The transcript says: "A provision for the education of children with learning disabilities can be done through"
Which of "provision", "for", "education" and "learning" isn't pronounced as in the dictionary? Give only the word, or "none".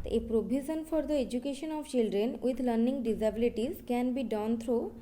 provision